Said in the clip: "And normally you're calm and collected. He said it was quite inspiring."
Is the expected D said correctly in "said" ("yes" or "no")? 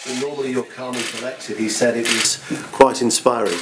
yes